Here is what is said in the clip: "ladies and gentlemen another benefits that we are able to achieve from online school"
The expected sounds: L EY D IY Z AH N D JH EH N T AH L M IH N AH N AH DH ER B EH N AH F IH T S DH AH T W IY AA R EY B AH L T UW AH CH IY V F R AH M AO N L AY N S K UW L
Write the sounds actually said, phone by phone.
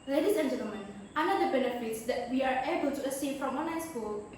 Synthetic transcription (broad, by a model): L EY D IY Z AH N JH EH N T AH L M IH N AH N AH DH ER B EH N AH F IH T S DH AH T W IY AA R EY B AH L T UW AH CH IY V F R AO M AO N AY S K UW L